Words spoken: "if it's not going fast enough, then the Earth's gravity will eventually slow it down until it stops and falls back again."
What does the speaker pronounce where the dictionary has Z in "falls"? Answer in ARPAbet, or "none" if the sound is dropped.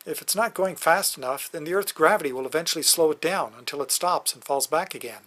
Z